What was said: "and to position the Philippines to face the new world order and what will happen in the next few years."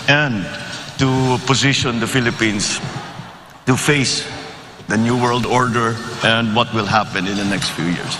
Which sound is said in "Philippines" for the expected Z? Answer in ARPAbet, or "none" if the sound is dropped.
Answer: S